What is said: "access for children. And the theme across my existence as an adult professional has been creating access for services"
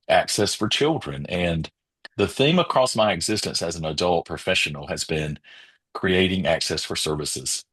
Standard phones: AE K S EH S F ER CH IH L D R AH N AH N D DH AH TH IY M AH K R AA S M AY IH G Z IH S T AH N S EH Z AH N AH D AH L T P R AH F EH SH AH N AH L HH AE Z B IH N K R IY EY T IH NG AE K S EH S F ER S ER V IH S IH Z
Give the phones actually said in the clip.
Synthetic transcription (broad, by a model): AE K S EH S F ER CH IH L D R AH N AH N DH AH TH IY M AH K R AA S M AY IH G Z IH S T AH N S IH Z N AH D AH L T P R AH F EH SH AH N L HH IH Z B IH N K R IY EY T IH NG AE K S EH S F ER S ER V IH S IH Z